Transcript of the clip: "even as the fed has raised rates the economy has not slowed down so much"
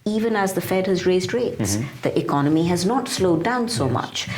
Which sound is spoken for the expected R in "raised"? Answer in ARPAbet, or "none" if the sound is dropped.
R